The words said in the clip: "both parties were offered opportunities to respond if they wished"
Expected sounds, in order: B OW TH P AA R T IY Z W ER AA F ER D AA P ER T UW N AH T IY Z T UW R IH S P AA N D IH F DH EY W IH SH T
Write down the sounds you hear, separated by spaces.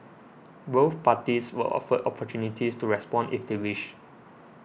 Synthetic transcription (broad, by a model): B OW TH P AA T IY S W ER AA F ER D AA P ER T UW N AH T IY S T UW R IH S P AA N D IH F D EY W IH SH